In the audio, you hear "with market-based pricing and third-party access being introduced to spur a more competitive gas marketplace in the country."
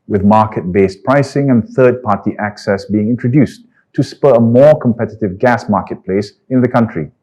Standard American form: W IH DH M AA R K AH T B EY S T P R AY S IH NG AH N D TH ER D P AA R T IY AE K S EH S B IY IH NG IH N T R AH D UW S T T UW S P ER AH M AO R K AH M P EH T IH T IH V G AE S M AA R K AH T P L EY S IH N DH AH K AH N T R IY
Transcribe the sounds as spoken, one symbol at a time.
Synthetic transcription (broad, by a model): W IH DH M AA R K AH T B EY S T P R AY S IH NG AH N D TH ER D P AA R T IY AE K S EH S B IY IH NG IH N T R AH D UW S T T UW S P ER AH M AO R K AH M P EH T IH T IH V G AE S M AA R K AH T P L EY S IH N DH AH K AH N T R IY